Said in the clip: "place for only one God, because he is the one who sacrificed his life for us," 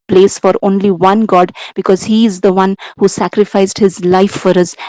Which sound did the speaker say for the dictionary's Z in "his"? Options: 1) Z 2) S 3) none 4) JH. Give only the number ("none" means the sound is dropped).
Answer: 1